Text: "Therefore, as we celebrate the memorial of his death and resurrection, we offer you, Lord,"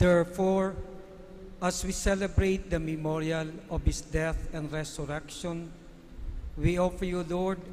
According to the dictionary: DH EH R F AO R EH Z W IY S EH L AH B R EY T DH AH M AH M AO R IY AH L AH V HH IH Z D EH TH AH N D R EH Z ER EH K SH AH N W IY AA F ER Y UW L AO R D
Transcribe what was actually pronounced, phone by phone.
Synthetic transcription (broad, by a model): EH R F AO R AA S W IY S EH L AH B R EY T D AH M AH M AO R IY AH L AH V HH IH S D EH TH AH N D R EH S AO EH K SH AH N W IY AA F ER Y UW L AO R D